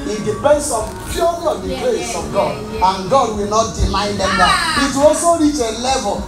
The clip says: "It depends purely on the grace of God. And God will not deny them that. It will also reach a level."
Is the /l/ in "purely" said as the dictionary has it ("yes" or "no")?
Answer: no